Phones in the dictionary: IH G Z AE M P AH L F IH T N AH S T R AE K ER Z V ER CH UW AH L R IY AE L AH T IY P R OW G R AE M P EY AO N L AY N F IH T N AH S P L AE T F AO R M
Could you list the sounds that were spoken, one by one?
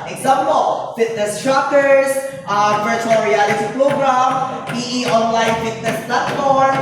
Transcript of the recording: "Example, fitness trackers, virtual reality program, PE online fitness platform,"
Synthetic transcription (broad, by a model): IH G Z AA M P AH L F IH T N AH S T R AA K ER S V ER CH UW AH L R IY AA L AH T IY P R OW G R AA M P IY AO N L AY N F IH T N AH S P L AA T F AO R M